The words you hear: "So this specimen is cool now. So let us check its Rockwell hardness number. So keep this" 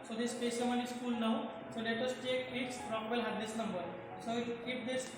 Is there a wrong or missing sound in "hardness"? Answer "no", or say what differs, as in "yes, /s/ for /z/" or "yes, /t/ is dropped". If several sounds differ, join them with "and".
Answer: yes, /n/ is dropped